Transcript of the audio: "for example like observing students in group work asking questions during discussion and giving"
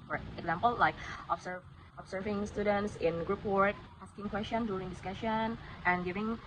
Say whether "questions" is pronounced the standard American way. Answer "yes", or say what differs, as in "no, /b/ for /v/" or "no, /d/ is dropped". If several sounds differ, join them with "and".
no, /z/ is dropped